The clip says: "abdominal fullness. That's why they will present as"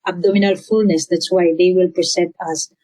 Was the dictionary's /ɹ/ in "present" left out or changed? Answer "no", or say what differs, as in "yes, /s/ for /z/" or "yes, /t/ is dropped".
yes, /ɹ/ is dropped